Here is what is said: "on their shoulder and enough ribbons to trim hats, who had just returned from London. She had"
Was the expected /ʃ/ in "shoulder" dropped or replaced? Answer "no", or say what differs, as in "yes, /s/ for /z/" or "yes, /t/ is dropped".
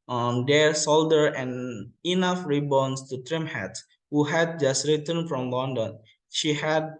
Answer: yes, /s/ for /ʃ/